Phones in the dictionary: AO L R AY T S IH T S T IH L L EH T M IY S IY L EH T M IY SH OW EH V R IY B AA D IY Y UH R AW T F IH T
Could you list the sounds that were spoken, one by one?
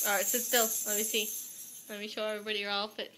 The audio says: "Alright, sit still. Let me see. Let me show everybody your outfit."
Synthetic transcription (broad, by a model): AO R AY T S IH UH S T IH L L EH T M IY S IY L EH T M IY SH OW EH V R IY B AA D IY Y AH R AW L F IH T